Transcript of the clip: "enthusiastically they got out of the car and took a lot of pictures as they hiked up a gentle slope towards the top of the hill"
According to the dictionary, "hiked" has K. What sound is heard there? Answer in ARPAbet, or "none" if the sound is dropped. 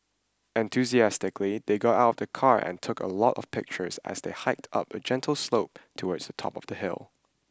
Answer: K